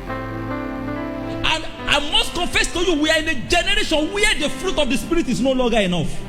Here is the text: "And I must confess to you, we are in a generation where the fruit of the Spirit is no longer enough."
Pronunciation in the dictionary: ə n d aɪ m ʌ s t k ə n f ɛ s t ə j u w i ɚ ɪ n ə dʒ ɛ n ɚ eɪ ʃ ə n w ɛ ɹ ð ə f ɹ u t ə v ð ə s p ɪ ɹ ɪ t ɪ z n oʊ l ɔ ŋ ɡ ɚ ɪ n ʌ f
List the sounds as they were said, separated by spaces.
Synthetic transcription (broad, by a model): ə n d aɪ m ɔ s t k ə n f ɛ s t ə j u w i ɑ ɪ n ə dʒ ɛ n ɚ eɪ ʃ ə n w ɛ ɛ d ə f ɹ u t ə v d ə s p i ɹ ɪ t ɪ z n oʊ l ɔ ŋ ɡ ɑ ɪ n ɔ f